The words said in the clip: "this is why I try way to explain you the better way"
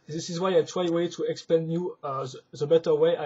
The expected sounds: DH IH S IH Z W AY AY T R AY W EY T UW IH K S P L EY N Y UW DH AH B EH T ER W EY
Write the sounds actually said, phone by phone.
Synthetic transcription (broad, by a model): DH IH S IH Z W AY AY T W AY W EY T UW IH K S P EY N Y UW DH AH B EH T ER W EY